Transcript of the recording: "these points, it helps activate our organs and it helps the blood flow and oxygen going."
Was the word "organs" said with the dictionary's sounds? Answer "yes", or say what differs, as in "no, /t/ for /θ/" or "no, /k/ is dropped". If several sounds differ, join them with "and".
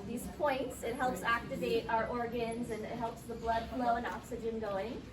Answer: yes